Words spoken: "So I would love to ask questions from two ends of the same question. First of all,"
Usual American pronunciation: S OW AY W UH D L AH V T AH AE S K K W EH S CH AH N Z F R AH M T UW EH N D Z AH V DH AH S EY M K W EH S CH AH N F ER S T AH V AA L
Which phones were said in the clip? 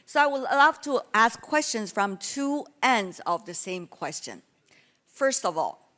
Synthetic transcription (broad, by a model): S OW AY W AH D L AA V T AH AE S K K W EH S CH AH N Z F R AH M T UW EH N D Z AH V DH AH S EY M K W EH S CH AH N F ER S T AH V AA L